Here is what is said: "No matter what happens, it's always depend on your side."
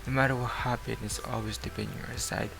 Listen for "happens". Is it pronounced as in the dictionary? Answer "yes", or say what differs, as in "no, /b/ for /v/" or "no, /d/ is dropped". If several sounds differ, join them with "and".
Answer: no, /z/ is dropped